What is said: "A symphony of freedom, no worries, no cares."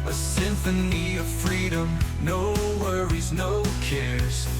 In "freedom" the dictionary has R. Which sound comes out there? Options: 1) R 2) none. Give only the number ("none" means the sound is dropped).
1